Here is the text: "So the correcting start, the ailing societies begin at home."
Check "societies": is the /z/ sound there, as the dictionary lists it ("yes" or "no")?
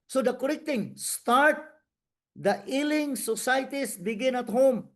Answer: no